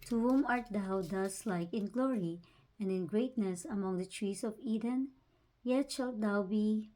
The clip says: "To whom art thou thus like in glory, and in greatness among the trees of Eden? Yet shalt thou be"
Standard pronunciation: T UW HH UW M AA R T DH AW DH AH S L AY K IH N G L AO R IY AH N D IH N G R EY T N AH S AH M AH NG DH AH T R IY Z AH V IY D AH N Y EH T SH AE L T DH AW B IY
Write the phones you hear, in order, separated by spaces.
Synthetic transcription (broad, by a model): T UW HH UW M AA R T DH AW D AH S L AY K IH N G L AO R IY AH N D IH N G R EY T N AH S AH M AH NG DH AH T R IY S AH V IY D AH N Y EH T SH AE L T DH AW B IY